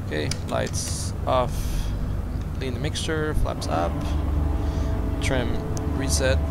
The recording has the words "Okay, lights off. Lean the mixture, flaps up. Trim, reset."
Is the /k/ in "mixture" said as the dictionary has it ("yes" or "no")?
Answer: yes